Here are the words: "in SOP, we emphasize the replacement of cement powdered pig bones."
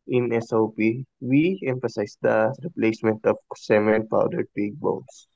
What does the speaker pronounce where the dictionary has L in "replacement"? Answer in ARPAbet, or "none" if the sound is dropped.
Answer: L